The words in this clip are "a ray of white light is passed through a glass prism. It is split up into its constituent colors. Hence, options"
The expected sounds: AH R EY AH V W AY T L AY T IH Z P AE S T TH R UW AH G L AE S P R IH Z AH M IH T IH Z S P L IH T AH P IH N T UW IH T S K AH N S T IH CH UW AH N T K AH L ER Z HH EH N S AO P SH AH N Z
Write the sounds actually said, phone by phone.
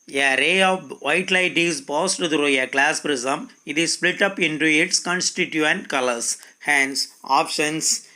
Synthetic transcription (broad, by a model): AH R EY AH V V AY T L AY T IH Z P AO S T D R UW AH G L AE S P R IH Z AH M IH T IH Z S P L IH T AH P IH N T UW IH T S K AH N S T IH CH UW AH N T K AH L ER S HH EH N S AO P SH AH N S